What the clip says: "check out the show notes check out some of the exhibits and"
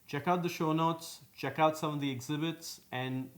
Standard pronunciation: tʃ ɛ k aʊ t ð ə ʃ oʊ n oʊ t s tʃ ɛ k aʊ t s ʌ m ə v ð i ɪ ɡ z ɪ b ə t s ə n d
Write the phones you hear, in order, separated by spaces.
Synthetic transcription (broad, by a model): tʃ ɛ k aʊ t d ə ʃ oʊ n oʊ t s tʃ ɛ k aʊ t s ʌ m ə v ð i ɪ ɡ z ɪ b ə t s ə n d